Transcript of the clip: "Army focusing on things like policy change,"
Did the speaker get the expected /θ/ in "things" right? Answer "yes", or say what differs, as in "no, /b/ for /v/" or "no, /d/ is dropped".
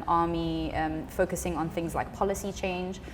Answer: yes